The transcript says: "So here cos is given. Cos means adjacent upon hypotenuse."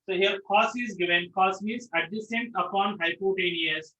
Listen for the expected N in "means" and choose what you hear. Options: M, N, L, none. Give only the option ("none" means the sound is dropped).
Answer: none